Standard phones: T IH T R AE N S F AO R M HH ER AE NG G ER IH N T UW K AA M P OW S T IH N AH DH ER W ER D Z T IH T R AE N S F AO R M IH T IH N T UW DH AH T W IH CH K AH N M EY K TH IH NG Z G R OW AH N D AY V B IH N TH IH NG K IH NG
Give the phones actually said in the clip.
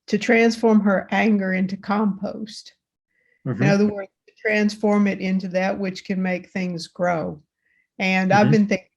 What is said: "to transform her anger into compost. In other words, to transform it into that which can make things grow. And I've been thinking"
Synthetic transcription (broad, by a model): T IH T R AE N S F AO R M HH ER AE NG G ER IH N T UW K AA M P OW S T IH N AH DH ER W ER D Z T IH T R AE N S F AO R M IH T IH N T UW DH AH T W IH CH K AH N M EY K TH IH NG Z G R OW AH N AY V B IH N TH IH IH NG